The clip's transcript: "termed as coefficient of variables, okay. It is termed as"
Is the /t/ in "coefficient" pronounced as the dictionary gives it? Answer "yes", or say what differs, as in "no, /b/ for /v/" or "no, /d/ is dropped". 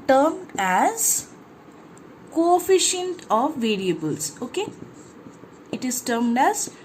yes